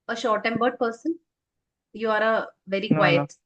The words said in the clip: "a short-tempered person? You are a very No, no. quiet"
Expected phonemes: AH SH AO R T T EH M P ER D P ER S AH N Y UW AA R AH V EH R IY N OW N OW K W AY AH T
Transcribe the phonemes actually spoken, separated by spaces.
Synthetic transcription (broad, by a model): AH SH AO R T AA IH M B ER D P ER S AH N Y UW AA R AH V EH R IY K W AY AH T